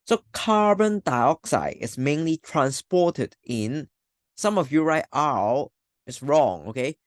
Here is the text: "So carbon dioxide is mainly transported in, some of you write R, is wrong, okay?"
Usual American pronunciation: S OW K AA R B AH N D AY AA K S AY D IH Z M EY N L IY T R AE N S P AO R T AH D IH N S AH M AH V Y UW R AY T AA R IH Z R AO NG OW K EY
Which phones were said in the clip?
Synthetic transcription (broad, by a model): S OW K AA R B AH N D AY AA K S AY D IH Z M EY N L IY T R AE N S P AO R T AH D IH N S AH M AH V Y UW R AY T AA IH S R AO NG OW K EY